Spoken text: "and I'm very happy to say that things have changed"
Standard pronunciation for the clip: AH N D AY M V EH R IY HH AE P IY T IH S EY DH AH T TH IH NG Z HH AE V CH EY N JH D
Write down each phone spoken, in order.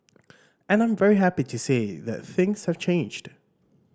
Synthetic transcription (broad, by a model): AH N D AY M V EH R IY HH AE P IY T IH S EY DH AH T TH IH NG Z HH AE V CH EY N JH D